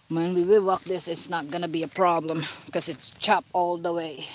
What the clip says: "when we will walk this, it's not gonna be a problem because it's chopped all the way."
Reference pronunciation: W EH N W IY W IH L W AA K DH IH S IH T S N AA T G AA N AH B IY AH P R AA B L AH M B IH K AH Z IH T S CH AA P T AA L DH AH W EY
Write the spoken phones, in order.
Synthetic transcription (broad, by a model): W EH N W IY W IH L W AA K DH IH S IH T S N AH T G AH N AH B IY AH P R AA B L AH M K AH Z IH T S CH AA P AA L DH AH W EY